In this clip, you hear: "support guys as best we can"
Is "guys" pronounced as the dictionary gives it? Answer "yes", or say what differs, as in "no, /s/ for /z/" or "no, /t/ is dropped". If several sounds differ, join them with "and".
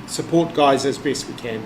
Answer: yes